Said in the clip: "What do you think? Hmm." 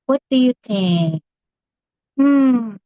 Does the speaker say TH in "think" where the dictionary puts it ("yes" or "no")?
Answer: no